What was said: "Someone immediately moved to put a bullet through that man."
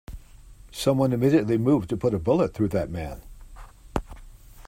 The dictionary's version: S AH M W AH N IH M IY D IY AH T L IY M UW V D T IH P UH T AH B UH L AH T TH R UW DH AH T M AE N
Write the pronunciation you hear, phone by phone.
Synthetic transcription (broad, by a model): S AH M W AH N IH M IY D IY AH T L IY M UW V T IH P UH T AH B UH L AH T TH R UW DH AH T M AE N